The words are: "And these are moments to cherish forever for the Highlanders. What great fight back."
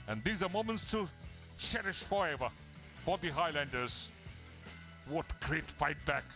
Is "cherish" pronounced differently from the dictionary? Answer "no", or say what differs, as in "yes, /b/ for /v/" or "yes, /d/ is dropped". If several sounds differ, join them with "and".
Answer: no